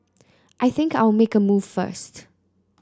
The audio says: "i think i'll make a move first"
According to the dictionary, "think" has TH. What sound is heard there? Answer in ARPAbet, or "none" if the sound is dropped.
TH